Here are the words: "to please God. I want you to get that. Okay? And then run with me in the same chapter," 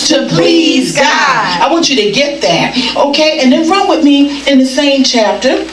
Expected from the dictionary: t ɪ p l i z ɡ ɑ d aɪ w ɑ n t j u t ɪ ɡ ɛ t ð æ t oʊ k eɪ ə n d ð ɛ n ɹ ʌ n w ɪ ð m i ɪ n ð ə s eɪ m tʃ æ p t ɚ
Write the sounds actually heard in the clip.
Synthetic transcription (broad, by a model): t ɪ p l i z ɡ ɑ aɪ w ɑ n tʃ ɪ t ɪ ɡ ɛ t ð æ t oʊ k eɪ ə n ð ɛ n ɹ ʌ n w ɪ ð m i ɪ n ð ə s eɪ m tʃ æ p t ɚ